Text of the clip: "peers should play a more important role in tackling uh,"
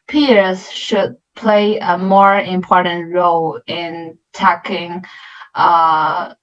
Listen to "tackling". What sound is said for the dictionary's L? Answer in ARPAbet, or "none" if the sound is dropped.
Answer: none